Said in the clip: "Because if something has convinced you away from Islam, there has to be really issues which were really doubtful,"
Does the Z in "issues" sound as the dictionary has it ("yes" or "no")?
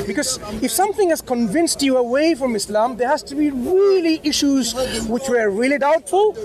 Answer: yes